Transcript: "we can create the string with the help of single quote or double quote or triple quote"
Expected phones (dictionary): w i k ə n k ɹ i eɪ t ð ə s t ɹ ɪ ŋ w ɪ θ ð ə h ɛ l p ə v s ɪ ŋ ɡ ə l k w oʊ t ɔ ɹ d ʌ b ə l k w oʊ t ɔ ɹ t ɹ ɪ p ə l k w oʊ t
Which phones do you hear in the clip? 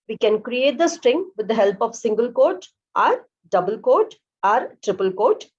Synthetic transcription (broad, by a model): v i k ə n k ɹ i eɪ t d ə s t ɹ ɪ ŋ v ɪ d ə h ɛ l p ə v s ɪ ŋ ɡ ə l k oʊ t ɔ ɹ d ʌ b ə l k oʊ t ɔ ɹ t ɹ ɪ p ə l k oʊ t